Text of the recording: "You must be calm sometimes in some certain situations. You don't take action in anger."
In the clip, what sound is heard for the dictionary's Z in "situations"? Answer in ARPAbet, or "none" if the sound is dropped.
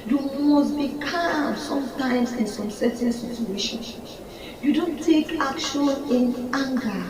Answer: none